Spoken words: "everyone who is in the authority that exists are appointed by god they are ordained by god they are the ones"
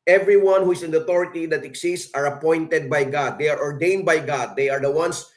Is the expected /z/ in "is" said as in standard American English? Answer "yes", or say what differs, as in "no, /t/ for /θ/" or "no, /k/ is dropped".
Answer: no, /s/ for /z/